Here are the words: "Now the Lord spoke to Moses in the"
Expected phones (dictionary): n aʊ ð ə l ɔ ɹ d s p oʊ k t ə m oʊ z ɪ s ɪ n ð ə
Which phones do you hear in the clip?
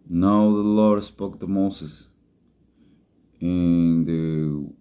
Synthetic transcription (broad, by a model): n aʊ ð ə l ɔ ɹ d s p oʊ k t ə m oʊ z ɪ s ɪ n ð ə